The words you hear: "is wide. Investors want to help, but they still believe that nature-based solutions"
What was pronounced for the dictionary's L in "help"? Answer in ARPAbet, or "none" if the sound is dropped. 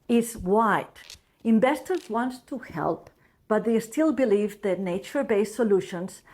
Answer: L